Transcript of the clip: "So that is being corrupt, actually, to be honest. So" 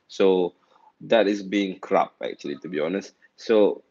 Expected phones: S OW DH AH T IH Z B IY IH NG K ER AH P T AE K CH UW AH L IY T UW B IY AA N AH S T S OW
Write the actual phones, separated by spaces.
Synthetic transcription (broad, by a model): S OW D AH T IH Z B IY IH NG K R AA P AE K CH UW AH L IY T UW B IY AA N AH S T S OW